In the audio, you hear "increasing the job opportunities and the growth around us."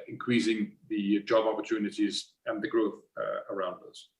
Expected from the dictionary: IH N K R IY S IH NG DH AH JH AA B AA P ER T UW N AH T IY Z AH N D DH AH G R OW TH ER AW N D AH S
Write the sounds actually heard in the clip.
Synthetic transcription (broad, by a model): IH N K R IY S IH NG DH AH JH AA B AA P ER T UW N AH T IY Z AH N DH AH G R OW TH ER AW N D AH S